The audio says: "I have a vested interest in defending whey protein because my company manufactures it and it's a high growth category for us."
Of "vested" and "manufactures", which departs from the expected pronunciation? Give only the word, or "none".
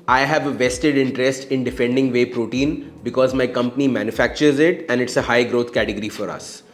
none